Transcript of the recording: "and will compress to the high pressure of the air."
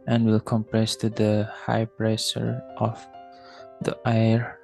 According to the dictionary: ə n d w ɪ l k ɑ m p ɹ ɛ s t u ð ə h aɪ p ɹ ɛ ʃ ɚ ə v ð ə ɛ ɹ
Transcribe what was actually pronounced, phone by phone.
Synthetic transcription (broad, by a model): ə n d w ɪ l k ɑ m p ɹ ɛ s t u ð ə h aɪ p ɹ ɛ s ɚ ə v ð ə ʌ ɹ